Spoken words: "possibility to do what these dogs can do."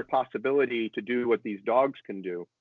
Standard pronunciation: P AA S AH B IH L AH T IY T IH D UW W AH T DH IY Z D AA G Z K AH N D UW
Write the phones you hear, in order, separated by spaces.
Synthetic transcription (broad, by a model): P AA S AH B IH L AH T IY T IH D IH W AH T DH IY Z D AA G Z K AH N D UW